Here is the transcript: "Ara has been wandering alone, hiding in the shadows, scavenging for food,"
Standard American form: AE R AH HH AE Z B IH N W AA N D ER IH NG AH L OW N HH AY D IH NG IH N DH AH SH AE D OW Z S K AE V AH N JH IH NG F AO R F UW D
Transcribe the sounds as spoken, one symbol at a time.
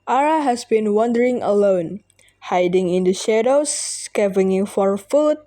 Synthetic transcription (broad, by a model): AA R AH HH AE S B IH N W AA N D ER IH NG AH L OW N HH AY D IH NG IH N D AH SH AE D OW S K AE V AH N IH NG F AO R F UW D